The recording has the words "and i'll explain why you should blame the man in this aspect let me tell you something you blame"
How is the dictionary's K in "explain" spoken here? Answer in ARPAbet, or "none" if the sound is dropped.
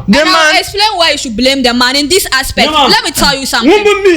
K